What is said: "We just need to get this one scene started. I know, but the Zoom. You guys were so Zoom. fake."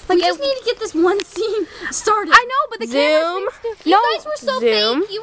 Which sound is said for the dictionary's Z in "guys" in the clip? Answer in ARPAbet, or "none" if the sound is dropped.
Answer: none